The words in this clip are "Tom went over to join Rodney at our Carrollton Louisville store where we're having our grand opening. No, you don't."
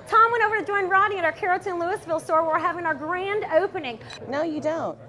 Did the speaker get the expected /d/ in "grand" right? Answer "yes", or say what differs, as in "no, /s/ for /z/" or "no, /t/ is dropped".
yes